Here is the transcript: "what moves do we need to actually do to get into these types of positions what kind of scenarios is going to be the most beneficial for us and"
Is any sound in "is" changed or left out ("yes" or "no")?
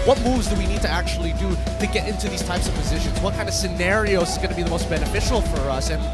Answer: no